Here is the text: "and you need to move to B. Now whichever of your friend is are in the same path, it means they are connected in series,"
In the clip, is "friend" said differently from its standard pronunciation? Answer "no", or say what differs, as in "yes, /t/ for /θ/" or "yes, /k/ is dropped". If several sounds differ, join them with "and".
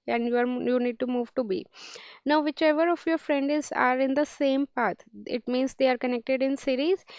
no